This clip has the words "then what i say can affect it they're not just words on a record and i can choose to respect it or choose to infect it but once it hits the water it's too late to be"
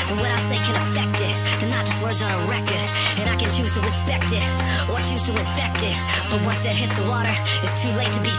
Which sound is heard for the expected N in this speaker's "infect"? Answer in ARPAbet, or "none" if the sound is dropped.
none